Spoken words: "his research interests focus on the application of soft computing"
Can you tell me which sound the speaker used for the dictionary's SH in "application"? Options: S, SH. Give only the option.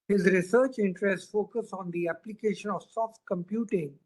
SH